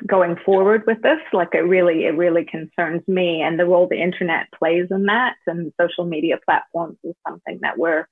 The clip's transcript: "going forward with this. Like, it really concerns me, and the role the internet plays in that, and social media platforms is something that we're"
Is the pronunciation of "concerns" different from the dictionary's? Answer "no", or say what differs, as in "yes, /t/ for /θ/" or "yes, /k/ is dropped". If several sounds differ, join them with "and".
no